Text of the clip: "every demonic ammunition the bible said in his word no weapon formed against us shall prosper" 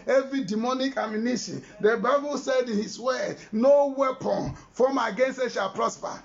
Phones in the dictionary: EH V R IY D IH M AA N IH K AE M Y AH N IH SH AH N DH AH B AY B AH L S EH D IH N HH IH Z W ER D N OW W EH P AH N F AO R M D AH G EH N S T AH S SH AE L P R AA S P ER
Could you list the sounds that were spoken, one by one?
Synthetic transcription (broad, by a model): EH V R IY D IH M AA N IH K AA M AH N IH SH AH N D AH B AY B AH L S EH D IH N HH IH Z W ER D N OW W EH P AH N F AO M AH G EH N S T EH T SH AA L P R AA S P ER